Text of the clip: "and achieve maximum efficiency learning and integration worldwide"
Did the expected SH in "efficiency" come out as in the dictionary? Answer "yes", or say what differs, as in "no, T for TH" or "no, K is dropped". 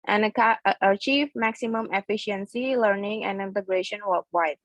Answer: yes